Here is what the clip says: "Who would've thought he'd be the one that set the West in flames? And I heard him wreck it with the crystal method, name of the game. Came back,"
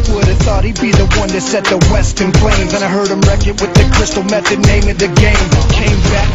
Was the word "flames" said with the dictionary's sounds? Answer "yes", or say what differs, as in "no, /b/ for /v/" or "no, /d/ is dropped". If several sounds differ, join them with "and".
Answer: no, /p/ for /f/